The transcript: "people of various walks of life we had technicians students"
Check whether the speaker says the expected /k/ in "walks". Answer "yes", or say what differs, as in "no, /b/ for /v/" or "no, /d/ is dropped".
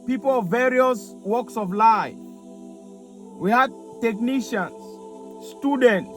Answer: yes